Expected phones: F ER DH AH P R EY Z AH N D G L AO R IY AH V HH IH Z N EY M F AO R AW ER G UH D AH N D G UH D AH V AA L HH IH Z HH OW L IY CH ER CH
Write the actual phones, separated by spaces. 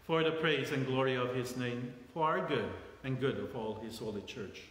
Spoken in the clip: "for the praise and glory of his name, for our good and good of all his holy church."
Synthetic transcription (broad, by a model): F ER DH AH P R EY Z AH N G L AO R IY AH V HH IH Z N EY M F AO R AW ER G UH D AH N G UH D AH V AA L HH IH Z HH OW L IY CH ER CH